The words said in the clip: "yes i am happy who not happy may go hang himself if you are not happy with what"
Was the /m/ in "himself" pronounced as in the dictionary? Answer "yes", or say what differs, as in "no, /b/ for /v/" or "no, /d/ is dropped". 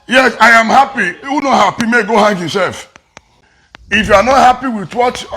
no, /m/ is dropped